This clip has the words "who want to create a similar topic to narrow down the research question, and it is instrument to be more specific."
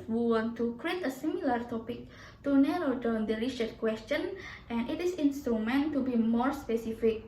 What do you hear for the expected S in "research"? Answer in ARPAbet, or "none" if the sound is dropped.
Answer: SH